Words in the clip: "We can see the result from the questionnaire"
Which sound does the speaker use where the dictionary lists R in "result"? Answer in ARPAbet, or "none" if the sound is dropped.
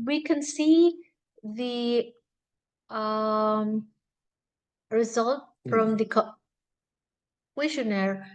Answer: R